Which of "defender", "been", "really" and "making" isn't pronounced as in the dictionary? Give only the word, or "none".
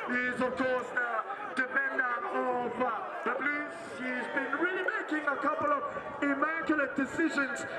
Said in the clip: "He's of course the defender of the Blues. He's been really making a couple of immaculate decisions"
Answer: defender